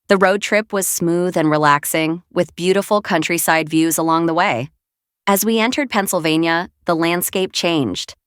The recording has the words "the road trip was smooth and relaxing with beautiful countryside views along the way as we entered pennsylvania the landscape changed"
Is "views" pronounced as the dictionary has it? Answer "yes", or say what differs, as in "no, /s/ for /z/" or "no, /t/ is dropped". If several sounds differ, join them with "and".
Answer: yes